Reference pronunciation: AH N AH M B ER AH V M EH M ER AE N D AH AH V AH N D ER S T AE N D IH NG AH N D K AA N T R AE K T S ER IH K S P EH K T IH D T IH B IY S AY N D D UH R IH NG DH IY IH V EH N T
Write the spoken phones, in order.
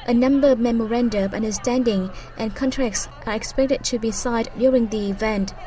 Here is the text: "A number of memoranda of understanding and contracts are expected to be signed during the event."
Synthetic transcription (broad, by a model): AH N AH M B ER AH V M EH M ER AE N D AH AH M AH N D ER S T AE N D IH NG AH N K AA N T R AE K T S ER IH K S P EH K T IH D T IH B IY S AY D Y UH R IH NG DH IY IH V EH N T